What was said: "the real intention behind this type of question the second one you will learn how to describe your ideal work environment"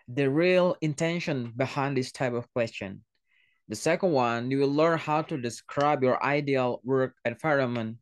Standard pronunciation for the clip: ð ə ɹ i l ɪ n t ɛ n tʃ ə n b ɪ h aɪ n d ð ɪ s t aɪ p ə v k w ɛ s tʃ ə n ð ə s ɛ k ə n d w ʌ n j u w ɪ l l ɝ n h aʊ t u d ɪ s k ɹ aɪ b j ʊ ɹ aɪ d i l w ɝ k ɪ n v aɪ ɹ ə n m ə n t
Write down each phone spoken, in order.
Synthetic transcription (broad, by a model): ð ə ɹ i l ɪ n t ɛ n ʃ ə n b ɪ h aɪ n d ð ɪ s t aɪ p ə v k w ɛ s tʃ ə n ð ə s ɛ k ə n d w ʌ n j u w ɪ l l ɝ n h aʊ t u d ɪ s k ɹ aɪ b j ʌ ɹ aɪ d i l w ɝ k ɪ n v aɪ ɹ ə m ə n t